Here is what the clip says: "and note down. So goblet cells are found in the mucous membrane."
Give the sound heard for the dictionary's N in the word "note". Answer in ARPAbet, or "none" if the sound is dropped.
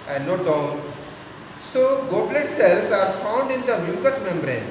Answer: N